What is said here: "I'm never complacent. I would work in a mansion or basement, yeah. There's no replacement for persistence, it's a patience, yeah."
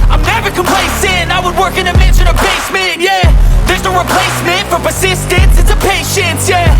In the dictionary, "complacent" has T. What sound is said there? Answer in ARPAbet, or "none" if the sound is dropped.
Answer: none